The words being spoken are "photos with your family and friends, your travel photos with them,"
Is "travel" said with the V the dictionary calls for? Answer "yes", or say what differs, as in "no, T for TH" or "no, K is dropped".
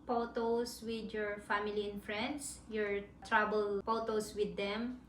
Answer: no, B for V